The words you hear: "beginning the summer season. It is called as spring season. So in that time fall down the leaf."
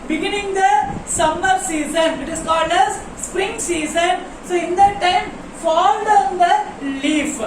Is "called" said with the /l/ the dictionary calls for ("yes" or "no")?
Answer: yes